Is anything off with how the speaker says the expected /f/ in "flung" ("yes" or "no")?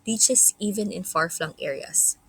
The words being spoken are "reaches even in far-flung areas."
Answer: no